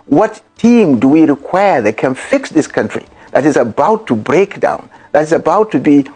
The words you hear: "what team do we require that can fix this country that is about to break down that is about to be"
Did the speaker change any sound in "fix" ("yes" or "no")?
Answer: no